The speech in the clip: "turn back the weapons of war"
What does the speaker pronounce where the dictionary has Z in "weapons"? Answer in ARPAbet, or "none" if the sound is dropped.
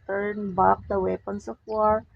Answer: S